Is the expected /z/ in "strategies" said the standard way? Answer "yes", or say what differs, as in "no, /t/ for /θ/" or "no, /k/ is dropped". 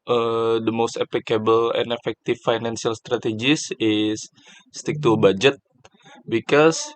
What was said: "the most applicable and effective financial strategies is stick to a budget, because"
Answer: no, /s/ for /z/